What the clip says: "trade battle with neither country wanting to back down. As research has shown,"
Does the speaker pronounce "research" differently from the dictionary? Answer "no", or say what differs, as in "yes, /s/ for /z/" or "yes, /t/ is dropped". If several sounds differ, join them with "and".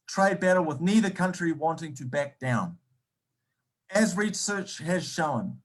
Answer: no